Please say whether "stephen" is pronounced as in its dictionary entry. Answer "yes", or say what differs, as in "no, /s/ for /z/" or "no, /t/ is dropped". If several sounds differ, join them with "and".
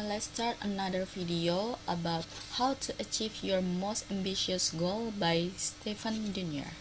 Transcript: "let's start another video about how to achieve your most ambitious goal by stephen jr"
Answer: no, /f/ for /v/